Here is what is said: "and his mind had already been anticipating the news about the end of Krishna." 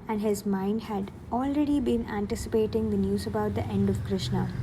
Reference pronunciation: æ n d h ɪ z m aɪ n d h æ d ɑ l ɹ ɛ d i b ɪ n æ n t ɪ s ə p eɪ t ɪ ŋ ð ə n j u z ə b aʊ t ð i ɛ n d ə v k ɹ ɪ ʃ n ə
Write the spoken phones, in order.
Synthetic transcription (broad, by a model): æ n d h ɪ z m aɪ n d h æ d ɑ l ɹ ɛ d i b ɪ n æ n t ɪ s ə p eɪ t ɪ ŋ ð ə n j u z ə b aʊ t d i ɛ n d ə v k ɹ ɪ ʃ n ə